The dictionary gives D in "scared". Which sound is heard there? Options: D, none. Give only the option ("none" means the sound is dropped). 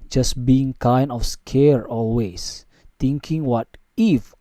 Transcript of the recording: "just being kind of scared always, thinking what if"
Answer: none